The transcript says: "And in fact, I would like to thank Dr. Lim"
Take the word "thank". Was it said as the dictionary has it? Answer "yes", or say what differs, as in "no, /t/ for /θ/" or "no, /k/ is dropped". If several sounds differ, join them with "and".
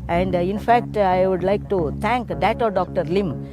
no, /t/ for /θ/